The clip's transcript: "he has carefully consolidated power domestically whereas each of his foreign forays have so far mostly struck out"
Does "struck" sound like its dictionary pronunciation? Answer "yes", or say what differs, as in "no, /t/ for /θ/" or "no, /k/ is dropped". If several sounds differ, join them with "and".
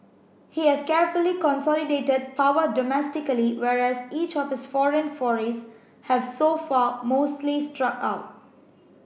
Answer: yes